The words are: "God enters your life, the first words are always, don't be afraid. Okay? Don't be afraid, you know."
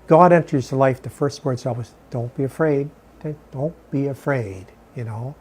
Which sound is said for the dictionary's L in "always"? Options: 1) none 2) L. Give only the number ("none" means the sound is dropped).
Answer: 1